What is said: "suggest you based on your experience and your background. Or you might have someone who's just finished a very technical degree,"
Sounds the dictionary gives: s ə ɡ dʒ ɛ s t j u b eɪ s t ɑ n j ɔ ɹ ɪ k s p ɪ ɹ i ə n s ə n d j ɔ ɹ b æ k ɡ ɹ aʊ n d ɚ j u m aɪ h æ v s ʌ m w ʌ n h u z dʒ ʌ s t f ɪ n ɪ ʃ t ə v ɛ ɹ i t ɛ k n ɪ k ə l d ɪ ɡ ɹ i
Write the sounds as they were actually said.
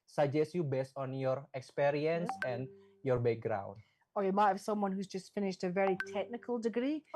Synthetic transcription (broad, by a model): s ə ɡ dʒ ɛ s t j u b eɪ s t ɑ n j ɔ ɹ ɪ k s p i ɹ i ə n s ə n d j ɔ ɹ b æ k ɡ ɹ aʊ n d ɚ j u m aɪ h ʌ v s ʌ m w ʌ n h u z dʒ ʌ s t f ɪ n ɪ ʃ t ə v ɛ ɹ i t ɛ k n ɪ k ə l d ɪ ɡ ɹ i